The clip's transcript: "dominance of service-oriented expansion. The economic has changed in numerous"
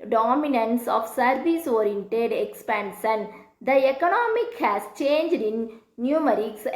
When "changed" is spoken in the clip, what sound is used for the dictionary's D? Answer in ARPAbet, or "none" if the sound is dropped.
D